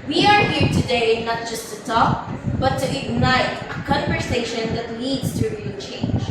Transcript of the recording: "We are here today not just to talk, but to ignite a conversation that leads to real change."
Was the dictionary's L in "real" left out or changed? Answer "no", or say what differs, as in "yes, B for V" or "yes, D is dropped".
yes, N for L